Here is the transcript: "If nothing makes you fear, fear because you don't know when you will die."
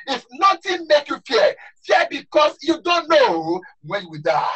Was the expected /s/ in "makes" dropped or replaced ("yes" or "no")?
yes